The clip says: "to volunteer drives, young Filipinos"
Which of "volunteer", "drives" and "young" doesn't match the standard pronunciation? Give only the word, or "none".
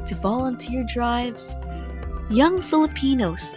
none